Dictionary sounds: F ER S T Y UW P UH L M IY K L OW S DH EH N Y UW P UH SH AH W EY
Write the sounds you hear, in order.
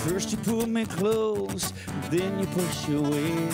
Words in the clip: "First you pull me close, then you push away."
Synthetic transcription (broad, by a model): F ER S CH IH P UH L M IY K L OW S DH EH N Y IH P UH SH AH W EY